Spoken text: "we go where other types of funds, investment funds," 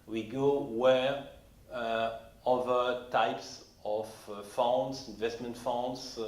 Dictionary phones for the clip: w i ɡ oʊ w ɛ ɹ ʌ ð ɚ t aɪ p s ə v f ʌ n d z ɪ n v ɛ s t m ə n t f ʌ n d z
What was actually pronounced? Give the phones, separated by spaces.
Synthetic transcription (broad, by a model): w i ɡ oʊ w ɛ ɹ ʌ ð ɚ t aɪ p s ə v f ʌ n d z ɪ n v ɛ s t m ə n t f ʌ n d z